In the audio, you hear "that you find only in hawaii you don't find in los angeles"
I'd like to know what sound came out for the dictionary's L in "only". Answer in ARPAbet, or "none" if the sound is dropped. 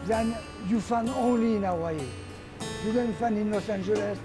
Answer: L